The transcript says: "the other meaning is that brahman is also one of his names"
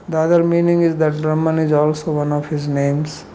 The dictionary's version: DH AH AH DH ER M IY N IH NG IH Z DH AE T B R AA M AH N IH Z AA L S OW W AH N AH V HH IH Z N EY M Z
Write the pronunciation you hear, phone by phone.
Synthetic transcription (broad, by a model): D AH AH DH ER M IY N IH NG IH Z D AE T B R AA M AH N IH Z AA L S OW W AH N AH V HH IH Z N EY M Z